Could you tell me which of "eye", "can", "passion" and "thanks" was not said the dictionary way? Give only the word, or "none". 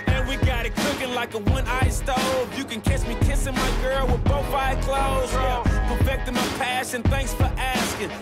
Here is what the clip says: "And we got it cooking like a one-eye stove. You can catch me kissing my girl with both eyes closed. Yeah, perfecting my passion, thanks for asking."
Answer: none